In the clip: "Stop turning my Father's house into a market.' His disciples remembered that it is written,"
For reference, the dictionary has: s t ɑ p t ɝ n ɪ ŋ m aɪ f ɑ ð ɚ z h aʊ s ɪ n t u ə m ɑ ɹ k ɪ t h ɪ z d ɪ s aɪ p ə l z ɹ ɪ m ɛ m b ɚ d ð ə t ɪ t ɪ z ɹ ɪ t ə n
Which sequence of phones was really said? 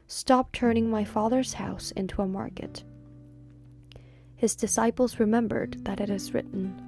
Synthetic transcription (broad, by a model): s t ɑ p t ɝ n ɪ ŋ m aɪ f ɑ ð ɚ z h aʊ s ɪ n t u ə m ɑ ɹ k ɪ t h ɪ z d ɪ s aɪ p l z ɹ ɪ m ɛ m b ɚ d ð ə t ɪ t ɪ z ɹ ɪ t n